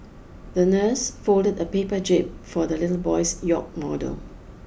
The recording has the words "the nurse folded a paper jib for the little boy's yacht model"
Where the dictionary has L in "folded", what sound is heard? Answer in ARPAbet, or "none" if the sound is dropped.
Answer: L